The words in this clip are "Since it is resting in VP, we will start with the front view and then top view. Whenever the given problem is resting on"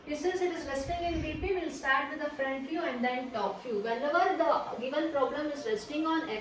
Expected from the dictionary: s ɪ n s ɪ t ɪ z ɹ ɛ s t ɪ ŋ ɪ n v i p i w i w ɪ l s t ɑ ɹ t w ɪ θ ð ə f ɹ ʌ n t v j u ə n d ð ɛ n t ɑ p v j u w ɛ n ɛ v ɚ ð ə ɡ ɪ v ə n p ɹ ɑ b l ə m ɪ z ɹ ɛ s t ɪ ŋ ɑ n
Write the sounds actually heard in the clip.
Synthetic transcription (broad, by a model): s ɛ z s ɪ t ɪ z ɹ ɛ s t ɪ ŋ ɪ n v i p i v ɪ l s t ɑ ɹ t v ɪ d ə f ɹ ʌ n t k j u ə n d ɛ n t ɑ p f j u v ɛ l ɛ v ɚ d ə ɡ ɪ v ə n p ɹ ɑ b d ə m ɪ z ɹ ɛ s t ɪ ŋ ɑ n